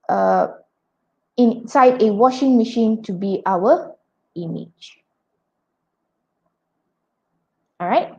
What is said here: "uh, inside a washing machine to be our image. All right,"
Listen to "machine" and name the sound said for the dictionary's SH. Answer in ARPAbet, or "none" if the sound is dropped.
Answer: SH